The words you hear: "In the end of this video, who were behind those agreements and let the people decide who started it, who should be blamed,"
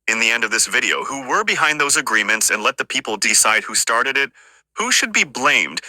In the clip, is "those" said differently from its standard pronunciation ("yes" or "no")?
no